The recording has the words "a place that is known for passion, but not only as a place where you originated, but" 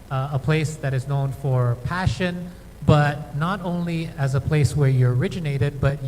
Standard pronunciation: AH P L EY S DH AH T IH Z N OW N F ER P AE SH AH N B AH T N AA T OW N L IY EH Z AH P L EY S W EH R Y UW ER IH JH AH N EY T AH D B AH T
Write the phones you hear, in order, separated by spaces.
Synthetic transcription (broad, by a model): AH P L EY S DH AH T IH Z N OW N F ER P AE SH AH N B AH T N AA T OW N L IY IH Z AH P L EY S W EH R Y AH ER IH JH AH N EY T AH D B AH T